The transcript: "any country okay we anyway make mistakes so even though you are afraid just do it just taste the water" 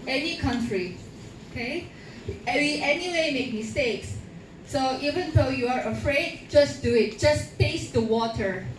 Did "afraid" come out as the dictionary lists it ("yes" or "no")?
yes